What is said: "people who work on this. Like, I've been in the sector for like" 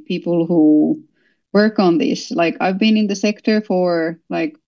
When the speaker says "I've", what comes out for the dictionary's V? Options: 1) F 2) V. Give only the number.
2